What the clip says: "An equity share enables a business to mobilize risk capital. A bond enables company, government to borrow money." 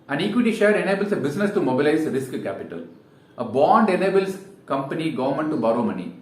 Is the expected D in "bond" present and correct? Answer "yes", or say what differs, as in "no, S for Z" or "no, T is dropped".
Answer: yes